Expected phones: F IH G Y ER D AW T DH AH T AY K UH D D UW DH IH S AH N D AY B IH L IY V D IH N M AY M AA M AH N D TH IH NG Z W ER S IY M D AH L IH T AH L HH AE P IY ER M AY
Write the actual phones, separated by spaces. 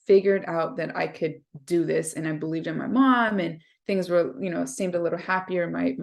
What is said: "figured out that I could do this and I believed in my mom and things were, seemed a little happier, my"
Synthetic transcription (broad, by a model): F IH G Y ER D AW T DH AH T AY K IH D D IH DH IH S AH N AY B IH L IY V D IH N M AY M AA M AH N TH IH NG Z W ER S IY M D AH L IH T L HH AE P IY ER M AY